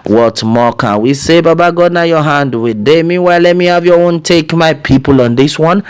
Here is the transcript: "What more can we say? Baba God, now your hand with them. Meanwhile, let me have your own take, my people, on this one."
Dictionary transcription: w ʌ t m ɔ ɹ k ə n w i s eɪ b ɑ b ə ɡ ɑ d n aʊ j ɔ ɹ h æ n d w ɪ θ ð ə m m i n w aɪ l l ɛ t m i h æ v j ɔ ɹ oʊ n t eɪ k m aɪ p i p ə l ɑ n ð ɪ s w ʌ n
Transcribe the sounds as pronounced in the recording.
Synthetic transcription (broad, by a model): w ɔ t m ɔ k ə n w i s eɪ b ɑ b ə ɡ ɑ d n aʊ j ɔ h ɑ n d w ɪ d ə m m i w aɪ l l ɛ t m i h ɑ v j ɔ oʊ n t eɪ k m aɪ p i p ə l ɑ n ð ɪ s w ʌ n